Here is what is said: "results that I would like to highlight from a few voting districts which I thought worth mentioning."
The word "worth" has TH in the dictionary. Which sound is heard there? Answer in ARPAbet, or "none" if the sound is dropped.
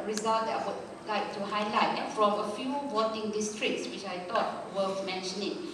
F